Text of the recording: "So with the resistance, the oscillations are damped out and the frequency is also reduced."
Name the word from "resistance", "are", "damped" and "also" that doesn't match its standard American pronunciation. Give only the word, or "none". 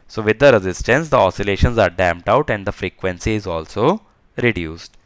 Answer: none